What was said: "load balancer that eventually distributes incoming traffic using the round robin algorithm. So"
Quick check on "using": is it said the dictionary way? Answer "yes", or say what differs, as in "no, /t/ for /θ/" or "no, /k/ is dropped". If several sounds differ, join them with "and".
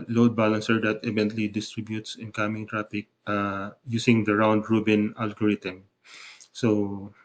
no, /s/ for /z/